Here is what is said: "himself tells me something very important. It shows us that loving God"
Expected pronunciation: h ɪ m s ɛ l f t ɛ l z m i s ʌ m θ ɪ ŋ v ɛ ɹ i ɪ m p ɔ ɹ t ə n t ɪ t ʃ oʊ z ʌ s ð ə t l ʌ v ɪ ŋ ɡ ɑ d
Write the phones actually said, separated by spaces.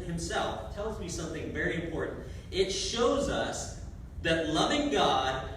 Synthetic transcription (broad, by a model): h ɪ m s ɛ l f t ɛ l z m i s ʌ m θ ɪ ŋ v ɛ ɹ i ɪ m p ɔ ɹ t n t ɪ t ʃ oʊ z ʌ s ð ə t l ʌ v ɪ ŋ ɡ ɑ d